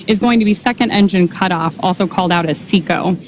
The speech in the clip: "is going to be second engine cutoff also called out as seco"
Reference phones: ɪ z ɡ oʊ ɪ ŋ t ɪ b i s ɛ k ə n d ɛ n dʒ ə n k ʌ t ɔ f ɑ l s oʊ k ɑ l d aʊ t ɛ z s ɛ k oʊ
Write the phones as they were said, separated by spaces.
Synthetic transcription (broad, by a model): ɪ z ɡ oʊ ɪ ŋ t ɪ b i s ɛ k ə n d ɛ n dʒ ə n k ʌ t ɔ f ɑ l s oʊ k ɑ l d aʊ t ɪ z s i k oʊ